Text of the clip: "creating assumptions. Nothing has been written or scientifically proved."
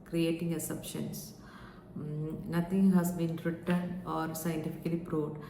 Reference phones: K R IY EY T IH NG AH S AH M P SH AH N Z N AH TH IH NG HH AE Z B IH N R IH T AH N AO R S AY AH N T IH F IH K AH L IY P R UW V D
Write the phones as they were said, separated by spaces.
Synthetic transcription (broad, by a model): K R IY EY T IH NG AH S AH P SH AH N S N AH T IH NG HH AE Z B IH N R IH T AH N AO R S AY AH N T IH F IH K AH L IY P R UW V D